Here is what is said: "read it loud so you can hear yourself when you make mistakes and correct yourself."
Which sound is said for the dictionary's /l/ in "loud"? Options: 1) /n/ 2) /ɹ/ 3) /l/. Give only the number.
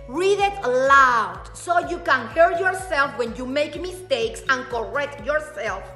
3